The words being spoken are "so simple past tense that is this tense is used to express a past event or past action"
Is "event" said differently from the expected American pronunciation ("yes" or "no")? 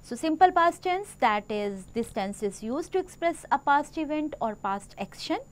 no